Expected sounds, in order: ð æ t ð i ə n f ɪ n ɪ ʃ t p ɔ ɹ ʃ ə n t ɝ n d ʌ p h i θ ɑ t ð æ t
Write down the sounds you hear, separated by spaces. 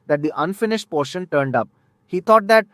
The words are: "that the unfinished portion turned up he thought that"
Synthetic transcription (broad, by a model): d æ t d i ə n f ɪ n ɪ ʃ t p ɔ ɹ ʃ ə n t ɝ n d ʌ p h i t ɑ t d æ t